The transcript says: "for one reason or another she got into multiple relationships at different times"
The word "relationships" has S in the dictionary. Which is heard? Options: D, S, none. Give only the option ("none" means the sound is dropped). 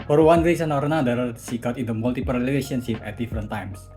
none